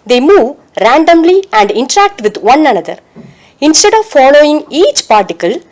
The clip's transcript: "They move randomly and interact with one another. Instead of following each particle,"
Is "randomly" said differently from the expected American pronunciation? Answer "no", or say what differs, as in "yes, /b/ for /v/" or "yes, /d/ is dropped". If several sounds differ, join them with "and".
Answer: no